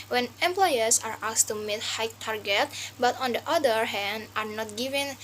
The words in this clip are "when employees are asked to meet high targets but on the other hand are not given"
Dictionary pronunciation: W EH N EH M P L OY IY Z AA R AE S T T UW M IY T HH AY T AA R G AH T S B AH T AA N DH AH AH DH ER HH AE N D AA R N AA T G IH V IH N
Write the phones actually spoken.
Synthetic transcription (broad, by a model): W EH N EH M P L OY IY S AA R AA S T T UW M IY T HH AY T AA R G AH T B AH T AA N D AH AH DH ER HH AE N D AA R N AA T G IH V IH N